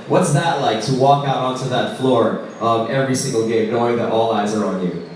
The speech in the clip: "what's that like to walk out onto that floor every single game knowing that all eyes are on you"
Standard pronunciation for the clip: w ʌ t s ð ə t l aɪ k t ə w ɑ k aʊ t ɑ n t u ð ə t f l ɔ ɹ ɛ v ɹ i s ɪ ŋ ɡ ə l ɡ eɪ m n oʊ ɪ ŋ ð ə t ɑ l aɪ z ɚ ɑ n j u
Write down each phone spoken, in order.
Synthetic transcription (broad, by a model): w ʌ t s ð ə t l aɪ k t ə w ɑ k aʊ t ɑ n t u ð ə t f l ɔ ɹ ɛ v ɹ i s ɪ ŋ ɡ l ɡ eɪ m n oʊ ɪ ŋ ð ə t ɑ l aɪ z ɚ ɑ n j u